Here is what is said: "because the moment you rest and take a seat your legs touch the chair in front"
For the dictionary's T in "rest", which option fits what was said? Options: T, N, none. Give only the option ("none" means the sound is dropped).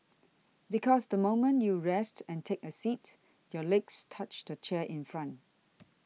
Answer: T